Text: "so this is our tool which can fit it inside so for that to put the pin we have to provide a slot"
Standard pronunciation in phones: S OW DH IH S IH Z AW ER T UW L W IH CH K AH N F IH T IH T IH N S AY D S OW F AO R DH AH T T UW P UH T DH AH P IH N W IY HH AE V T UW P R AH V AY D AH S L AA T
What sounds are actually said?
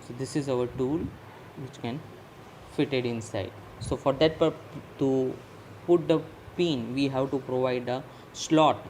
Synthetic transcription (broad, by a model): S OW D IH S IH Z AW ER T UW L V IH CH K AH N F IH T IH T IH N S AY D S OW F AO R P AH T T UW P UH T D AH P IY N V IY HH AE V T UW P R AH V AY D AH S L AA T